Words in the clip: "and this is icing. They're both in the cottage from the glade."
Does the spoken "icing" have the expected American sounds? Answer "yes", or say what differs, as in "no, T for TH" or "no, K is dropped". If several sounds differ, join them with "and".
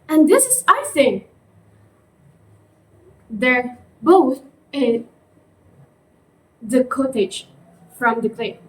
no, TH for S